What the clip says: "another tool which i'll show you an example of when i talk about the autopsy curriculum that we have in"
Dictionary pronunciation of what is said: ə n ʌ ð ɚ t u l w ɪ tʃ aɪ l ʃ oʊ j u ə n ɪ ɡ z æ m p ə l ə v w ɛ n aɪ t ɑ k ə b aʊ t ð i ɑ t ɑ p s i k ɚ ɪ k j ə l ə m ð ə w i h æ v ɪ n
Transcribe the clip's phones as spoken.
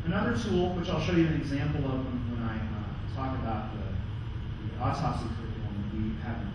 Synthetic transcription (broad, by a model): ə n ʌ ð ɚ t u l w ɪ tʃ aɪ l ʃ oʊ j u ə n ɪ ɡ z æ m p ə w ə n w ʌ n aɪ t ɑ k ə b aʊ t ð i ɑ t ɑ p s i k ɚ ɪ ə n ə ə w i h æ v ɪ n